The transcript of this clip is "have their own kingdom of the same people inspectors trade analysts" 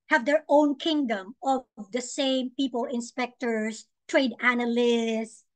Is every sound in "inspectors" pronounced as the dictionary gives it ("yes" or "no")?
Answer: no